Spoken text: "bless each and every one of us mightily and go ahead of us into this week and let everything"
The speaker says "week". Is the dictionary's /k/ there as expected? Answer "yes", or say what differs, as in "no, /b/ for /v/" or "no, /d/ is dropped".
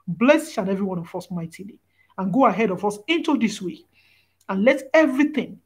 no, /k/ is dropped